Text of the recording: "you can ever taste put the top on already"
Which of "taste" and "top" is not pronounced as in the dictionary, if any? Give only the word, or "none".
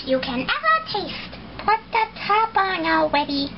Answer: top